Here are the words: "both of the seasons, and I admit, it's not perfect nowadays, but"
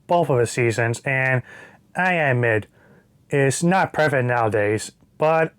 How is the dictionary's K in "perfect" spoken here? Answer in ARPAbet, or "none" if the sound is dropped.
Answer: none